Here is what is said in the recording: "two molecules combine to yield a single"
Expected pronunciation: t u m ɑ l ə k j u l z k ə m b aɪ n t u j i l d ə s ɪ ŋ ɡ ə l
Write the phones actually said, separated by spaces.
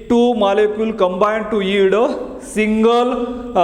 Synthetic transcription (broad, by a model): t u m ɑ l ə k j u l k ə m b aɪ n t u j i d ə s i ŋ ɡ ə l